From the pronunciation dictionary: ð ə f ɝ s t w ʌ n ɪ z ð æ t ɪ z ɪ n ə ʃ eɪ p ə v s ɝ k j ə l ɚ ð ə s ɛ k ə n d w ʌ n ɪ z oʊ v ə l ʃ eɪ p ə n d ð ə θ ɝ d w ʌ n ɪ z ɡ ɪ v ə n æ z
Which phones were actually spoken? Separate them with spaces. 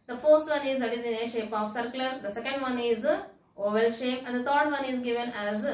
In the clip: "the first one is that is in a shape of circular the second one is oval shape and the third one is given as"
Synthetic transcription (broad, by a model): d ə f ɝ s t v ʌ n ɪ z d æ t ɪ z ɪ n ə ʃ eɪ p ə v s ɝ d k l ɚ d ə s ɛ k ə n d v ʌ n ɪ z oʊ v ə l ʃ eɪ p ə n d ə t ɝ d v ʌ n ɪ z ɡ ɪ v ə n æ z